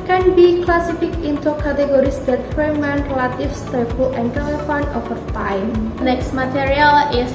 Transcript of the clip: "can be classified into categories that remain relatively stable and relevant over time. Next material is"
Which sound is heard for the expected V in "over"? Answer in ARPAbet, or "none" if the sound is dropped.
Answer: F